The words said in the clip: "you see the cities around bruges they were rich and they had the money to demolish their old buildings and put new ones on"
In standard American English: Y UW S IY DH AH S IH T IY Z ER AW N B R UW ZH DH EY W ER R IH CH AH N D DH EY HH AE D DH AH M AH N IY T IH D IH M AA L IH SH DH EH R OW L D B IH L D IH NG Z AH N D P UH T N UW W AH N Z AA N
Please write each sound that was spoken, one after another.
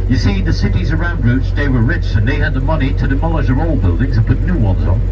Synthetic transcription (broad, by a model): Y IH S IY DH AH S IH T IY Z ER AW N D R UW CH DH EY W ER R IH CH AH N DH EY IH D DH AH M AH N IY T IH D IH M AA L IH SH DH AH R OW L B IH L D IH NG Z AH N P UH T N UW W AH N Z N